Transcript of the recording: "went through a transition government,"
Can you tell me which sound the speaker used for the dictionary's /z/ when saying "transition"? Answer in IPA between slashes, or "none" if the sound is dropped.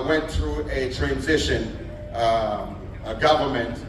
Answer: /z/